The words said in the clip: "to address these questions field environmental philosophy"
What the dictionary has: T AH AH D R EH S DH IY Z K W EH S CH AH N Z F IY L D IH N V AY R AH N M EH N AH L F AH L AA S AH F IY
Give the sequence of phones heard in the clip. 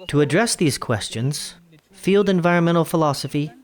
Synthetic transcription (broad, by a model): T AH AH D R EH S DH IY Z K W EH S CH AH N Z F IY L D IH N V AY R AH N M EH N L F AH L AA S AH F IY